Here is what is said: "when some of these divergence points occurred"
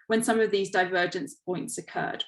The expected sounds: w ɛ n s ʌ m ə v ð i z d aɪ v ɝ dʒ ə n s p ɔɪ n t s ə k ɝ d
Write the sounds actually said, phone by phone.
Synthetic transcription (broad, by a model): w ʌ n s ʌ m ə v ð i z d aɪ v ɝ dʒ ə n s p ɔɪ n t s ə k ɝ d